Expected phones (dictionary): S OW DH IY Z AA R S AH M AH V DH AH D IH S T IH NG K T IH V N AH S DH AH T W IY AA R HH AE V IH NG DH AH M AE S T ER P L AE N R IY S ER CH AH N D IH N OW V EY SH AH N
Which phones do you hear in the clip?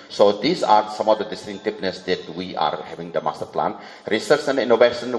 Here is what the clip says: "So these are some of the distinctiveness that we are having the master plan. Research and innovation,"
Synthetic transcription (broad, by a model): S OW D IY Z AA R S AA M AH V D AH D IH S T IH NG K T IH P N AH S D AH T W IY AA R HH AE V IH NG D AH M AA S T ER P L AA N R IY S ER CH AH N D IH N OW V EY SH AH N